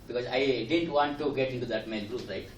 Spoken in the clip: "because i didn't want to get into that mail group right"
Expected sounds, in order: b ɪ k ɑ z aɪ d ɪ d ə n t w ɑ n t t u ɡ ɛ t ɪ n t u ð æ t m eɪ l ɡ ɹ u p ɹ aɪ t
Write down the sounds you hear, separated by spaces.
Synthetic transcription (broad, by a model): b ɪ k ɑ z aɪ d ɪ d ə n t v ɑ n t t u ɡ ɛ t ɪ n t u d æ t m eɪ n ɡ ɹ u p ɹ aɪ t